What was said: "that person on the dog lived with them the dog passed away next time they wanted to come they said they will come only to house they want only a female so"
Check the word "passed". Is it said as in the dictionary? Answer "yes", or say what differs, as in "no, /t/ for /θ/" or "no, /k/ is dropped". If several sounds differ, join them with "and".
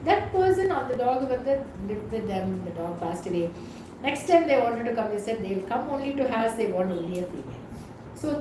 yes